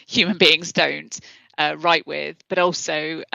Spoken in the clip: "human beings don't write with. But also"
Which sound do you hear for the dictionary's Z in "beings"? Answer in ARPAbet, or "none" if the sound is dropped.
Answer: Z